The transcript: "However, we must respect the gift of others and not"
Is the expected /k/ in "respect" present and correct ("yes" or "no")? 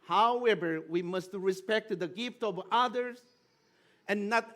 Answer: yes